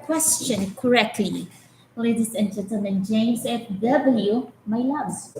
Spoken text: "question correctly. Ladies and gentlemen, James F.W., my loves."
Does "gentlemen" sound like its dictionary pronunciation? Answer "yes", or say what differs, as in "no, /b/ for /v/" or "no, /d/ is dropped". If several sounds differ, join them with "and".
no, /n/ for /l/